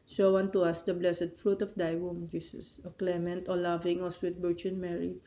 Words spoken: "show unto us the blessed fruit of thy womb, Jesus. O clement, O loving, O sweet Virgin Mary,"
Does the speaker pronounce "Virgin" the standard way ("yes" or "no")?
no